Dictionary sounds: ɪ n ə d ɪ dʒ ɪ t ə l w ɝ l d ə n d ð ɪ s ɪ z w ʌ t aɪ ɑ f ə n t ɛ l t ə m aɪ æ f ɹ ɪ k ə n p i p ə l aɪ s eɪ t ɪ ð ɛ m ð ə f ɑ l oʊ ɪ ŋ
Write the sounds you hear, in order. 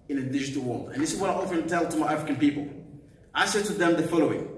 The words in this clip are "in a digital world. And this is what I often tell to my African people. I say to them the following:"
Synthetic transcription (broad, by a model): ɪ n ə d ɪ dʒ ɪ t ə l w ɝ l d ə n ð ɪ s ɪ z w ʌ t aɪ ɑ f ə n t ɛ l t ə m aɪ æ f ɹ ɪ k ə n p i p ə l aɪ s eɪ t ɪ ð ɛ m ð ə f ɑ l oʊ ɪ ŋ